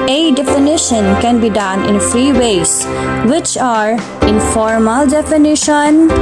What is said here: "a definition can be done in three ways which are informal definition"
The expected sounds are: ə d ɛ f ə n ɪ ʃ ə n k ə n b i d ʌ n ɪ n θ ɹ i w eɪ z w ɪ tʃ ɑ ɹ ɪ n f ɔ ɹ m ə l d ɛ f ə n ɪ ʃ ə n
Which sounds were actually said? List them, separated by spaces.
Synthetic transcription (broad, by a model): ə d ɛ f ə n ɪ ʃ ə n k ə n b i d ʌ n ɪ n f ɹ i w eɪ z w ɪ tʃ ɑ ɹ ɪ n f ɔ ɹ m ə l d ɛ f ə n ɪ ʃ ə n